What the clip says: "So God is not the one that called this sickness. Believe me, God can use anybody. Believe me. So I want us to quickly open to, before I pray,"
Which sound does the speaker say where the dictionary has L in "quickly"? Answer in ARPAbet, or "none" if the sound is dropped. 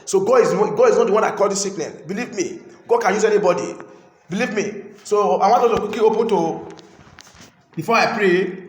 none